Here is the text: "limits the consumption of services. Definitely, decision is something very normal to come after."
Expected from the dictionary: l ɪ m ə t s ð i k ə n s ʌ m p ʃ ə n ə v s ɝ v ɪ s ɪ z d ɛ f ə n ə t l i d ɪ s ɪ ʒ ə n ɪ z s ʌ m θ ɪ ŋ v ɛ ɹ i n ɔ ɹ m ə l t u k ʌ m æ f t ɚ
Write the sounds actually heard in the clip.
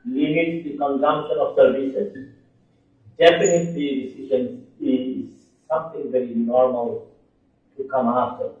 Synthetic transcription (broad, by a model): l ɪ m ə t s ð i k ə n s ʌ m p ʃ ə n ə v s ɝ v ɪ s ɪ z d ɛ p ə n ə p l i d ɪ s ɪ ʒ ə n ɪ z s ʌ m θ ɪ ŋ v ɛ ɹ i n ɔ ɹ m ə l t u k ʌ m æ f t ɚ